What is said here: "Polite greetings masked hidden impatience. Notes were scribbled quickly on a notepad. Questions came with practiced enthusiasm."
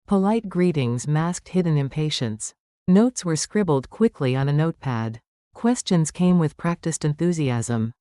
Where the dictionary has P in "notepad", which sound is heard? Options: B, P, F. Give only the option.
P